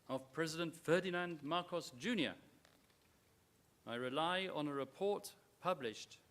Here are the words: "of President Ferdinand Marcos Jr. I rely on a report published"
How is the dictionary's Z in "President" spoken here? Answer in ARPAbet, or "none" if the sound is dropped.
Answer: Z